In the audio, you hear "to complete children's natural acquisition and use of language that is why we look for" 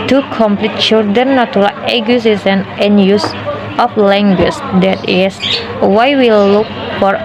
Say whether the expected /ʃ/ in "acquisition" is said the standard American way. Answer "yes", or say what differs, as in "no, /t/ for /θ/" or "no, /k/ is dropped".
no, /s/ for /ʃ/